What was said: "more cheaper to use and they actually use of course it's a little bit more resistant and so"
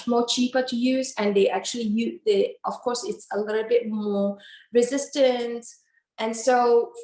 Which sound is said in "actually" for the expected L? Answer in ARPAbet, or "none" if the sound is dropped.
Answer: L